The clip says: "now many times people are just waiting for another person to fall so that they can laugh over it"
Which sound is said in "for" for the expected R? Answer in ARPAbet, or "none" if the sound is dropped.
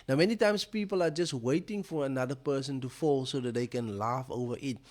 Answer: R